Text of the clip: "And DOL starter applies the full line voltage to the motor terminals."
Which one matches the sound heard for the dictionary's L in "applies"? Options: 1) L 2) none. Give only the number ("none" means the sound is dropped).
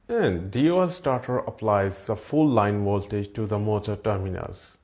1